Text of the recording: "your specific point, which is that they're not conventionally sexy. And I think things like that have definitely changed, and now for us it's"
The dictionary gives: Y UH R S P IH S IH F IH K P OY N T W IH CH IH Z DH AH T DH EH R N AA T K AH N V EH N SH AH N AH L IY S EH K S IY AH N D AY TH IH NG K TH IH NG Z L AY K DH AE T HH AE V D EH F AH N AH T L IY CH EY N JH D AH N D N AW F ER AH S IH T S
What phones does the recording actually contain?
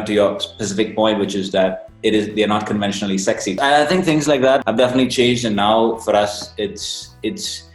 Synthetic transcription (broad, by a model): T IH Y S P IH S IH F IH K P OY N T W IH CH IH Z DH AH T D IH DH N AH T K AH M V EH N SH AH N L IY S EH K S IY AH AY TH IH NG K TH IH NG Z L AY K DH AE T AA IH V D EH F AH N AH T L IY CH EY N JH D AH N N AW F ER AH S IH T S